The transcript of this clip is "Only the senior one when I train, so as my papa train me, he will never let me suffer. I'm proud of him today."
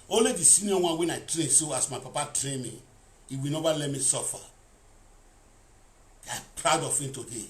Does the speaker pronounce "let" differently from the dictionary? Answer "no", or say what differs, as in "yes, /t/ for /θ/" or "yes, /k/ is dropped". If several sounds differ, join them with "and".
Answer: no